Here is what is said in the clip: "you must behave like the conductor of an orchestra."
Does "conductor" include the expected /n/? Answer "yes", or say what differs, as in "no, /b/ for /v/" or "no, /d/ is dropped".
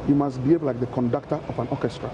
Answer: yes